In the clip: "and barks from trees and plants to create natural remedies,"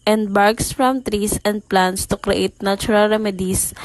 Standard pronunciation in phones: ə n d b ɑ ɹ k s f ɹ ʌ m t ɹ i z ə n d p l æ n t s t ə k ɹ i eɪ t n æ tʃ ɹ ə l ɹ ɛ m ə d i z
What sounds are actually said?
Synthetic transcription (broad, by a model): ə n d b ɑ ɹ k s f ɹ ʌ m t ɹ i s ə n d p l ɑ n t s t ə k ɹ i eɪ t n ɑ tʃ ɹ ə l ɹ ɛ m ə d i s